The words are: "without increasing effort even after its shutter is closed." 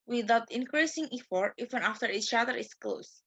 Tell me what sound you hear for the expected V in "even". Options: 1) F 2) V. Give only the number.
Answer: 1